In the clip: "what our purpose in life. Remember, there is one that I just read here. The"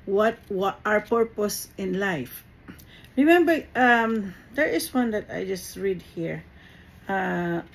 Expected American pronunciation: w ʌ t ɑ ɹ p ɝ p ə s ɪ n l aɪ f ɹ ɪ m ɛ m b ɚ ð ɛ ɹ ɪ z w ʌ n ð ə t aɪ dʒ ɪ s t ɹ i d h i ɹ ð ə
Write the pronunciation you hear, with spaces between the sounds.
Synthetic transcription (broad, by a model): w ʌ t ɑ ɹ p ɝ p ə s ɪ n l aɪ f ɹ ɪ m ɛ m b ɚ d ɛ ɹ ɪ s w ʌ n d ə t aɪ dʒ ɪ s t ɹ i d h i ɹ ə